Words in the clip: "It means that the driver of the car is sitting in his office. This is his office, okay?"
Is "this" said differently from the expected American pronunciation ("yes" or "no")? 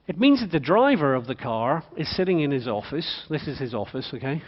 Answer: no